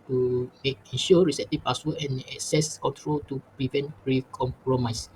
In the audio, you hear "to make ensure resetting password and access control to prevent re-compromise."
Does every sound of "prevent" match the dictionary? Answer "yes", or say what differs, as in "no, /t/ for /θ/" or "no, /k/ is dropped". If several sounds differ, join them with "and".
yes